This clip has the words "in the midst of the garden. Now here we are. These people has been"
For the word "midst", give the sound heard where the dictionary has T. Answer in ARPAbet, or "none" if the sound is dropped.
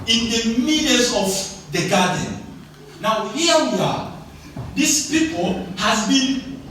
none